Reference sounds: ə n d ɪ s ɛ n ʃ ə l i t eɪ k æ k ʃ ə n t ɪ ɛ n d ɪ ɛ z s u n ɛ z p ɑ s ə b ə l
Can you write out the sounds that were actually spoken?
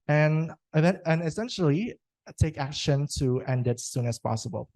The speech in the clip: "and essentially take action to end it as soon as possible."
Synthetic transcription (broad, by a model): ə n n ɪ s ɛ n ʃ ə l i t eɪ k æ k ʃ ə n t ɪ ɛ n d ɪ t s u n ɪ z p ɑ s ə b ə l